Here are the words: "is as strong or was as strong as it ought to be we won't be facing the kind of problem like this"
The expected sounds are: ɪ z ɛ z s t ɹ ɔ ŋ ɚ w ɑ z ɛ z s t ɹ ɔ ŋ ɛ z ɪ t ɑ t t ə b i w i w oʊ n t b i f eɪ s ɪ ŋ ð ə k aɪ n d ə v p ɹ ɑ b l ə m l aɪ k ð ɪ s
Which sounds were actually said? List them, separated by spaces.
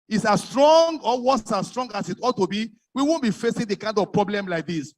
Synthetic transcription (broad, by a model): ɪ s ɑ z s t ɹ ɔ ŋ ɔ w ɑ s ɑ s t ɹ ɔ ŋ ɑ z ɪ t ɑ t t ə b i w i w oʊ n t b i f eɪ s ɪ ŋ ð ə k aɪ n d ə v p ɹ ɑ b l ə m l aɪ k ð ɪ s